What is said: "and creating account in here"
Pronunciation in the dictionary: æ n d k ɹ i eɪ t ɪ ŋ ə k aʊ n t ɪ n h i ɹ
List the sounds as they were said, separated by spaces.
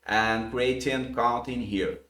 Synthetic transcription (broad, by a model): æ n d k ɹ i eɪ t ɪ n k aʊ t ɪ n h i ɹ